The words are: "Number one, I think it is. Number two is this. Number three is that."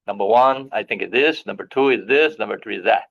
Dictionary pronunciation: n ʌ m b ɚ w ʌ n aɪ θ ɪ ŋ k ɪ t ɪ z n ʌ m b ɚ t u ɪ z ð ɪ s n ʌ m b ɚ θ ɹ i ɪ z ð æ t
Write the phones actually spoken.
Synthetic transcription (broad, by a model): n ʌ m b ɚ w ʌ n aɪ θ ɪ ŋ k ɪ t ɪ s n ʌ m b ɚ t u ɪ z ð ɪ s n ʌ m b ɚ θ ɹ i ɪ z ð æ t